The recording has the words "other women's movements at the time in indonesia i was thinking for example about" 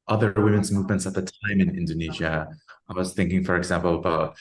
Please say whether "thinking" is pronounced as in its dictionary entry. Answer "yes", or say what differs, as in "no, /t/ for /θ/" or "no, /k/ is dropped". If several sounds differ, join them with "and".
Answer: yes